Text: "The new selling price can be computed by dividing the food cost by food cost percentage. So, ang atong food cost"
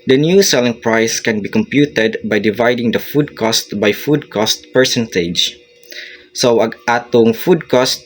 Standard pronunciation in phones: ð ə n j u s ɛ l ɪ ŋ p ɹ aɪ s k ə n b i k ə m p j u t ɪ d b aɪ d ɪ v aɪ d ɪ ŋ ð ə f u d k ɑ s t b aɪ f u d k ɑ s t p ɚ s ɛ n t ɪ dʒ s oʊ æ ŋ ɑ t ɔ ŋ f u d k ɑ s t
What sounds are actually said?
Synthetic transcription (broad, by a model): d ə n j u s ɛ l ɪ ŋ p ɹ aɪ s k ə n b i k ə m p j u t ɪ d b aɪ d ɪ v aɪ d ɪ ŋ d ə f u d k ɑ s t b aɪ f u d k ɑ s t p ɚ s ɛ n t ɪ dʒ s oʊ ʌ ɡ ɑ t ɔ ŋ f u d k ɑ s t